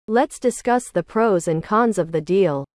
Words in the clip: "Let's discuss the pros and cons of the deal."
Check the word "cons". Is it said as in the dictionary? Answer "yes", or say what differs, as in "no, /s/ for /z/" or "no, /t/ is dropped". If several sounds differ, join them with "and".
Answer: yes